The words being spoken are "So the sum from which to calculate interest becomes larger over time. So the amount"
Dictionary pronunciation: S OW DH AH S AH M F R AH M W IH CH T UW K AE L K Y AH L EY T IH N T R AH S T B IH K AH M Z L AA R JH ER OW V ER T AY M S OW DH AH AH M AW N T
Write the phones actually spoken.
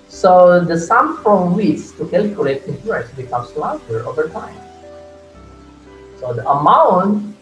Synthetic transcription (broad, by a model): S OW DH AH S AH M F R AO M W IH S T UW K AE L K Y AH L EY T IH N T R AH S B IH K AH M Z L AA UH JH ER OW V ER T AY M S OW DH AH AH M AW N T